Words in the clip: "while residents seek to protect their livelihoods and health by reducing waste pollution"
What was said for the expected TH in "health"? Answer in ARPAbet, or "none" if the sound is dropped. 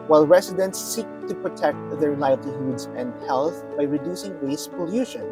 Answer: TH